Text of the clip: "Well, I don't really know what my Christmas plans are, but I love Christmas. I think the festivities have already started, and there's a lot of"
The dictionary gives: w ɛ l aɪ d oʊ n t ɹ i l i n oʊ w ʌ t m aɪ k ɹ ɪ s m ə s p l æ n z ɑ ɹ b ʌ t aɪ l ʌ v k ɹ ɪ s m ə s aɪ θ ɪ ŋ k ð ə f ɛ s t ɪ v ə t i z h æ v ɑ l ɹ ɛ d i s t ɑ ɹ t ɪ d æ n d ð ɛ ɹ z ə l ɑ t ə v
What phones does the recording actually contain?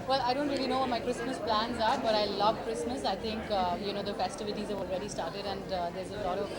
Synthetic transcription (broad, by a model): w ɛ l aɪ d oʊ n t ɹ i l i n oʊ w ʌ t m aɪ k ɹ ɪ s m ə s p l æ n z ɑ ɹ b ʌ t aɪ l ʌ v k ɹ ɪ s m ə s aɪ t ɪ ŋ k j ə f ɛ s t ɪ v ə t i z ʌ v ɑ l ɹ ɛ d i s t ɑ ɹ t ɪ d æ n d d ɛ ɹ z ə l ɑ t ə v